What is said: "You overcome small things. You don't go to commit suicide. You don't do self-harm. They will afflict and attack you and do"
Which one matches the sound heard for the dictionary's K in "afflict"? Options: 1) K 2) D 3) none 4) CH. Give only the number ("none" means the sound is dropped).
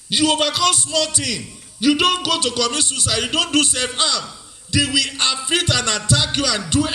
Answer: 3